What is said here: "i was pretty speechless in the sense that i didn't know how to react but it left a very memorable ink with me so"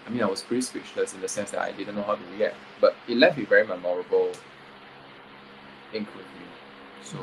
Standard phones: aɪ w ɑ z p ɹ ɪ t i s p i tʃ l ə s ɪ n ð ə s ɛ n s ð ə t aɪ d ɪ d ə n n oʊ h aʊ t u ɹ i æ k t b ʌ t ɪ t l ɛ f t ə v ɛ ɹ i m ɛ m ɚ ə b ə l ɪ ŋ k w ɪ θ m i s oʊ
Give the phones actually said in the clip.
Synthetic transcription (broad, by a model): aɪ w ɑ s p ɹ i s p i tʃ l ə s ɪ n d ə s ɛ n s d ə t aɪ d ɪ d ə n n oʊ h aʊ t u w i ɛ t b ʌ t ɪ t l ɛ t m ə v ɛ ɹ i m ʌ m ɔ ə b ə l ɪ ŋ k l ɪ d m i s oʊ